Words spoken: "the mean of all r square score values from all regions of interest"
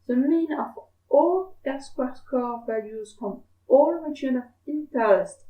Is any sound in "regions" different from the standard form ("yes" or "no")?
yes